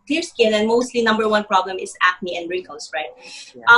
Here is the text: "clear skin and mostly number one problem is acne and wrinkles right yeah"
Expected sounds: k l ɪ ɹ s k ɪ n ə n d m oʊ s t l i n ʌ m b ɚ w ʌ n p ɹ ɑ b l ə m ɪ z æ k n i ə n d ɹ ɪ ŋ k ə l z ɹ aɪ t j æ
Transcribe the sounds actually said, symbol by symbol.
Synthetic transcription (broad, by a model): k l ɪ ɹ s k ɪ n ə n m oʊ s t l i n ʌ m b ɚ w ʌ n p ɹ ɑ b l ə m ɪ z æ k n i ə n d ɹ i k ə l s ɹ aɪ t